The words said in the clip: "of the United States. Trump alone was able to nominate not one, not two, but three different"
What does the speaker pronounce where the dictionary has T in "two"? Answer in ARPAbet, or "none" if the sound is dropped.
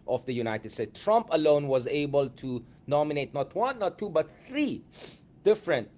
T